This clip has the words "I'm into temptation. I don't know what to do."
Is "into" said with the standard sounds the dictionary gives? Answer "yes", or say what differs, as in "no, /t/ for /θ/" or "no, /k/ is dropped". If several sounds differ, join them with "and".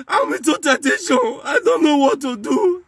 no, /n/ is dropped